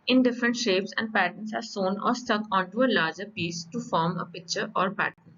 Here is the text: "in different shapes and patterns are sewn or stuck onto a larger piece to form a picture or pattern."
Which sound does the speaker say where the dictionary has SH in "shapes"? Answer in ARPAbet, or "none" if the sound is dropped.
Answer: SH